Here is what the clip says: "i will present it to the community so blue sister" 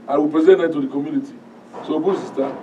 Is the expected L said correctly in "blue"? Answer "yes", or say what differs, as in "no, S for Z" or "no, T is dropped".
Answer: no, L is dropped